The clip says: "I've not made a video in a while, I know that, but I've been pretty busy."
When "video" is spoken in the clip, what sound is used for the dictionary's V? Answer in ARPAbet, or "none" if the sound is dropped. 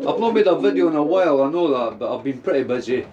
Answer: V